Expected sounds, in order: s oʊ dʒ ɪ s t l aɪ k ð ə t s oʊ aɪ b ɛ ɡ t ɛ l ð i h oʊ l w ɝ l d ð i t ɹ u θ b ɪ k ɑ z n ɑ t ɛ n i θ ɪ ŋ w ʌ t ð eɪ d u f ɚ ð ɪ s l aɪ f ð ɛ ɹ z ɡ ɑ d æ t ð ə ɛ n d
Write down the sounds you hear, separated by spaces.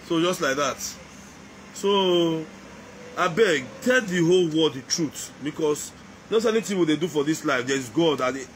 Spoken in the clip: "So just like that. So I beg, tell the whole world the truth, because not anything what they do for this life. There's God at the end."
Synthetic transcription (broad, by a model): s oʊ dʒ ɪ s t l aɪ k ð ə t s oʊ aɪ b ɛ ɡ t ɛ l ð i h oʊ l w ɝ d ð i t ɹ u t b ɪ k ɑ s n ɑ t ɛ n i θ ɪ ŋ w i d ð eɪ d u f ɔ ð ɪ s l aɪ f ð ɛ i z ɡ ɑ d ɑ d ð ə